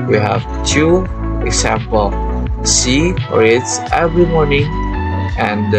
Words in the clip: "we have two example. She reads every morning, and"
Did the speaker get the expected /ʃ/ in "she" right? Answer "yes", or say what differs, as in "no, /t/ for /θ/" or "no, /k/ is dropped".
no, /s/ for /ʃ/